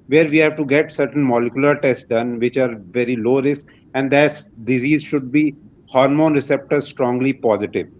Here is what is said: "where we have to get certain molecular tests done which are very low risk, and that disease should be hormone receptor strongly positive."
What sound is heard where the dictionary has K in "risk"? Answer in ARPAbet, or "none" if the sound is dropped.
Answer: none